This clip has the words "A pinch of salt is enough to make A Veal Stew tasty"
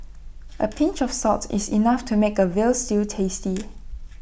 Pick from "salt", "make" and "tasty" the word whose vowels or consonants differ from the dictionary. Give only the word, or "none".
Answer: salt